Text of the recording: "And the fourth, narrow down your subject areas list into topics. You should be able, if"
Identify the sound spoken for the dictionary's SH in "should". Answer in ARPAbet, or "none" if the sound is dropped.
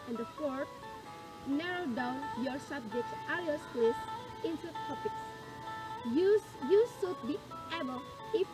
S